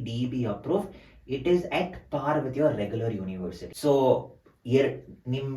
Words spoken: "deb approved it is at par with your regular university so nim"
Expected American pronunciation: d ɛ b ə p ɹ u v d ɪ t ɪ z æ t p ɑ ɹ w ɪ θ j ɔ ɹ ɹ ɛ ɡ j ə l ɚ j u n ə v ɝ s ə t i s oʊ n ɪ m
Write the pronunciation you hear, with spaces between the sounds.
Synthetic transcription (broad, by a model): d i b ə p ɹ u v ɪ t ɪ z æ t p ɑ ɹ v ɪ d j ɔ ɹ ɹ ɛ ɡ j ə l ɚ j u n ə v ɝ s ə t i s oʊ n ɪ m